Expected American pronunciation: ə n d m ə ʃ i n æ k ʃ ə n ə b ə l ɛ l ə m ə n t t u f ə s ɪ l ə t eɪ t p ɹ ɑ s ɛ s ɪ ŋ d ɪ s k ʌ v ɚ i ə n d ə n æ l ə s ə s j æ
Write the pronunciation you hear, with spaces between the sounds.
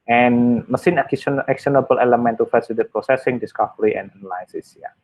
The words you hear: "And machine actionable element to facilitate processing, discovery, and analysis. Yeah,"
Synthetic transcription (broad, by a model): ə n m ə s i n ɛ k s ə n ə b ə l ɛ l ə m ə n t t u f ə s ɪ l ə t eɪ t p ɹ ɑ s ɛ s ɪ ŋ d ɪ s k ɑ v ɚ i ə n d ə n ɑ l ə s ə s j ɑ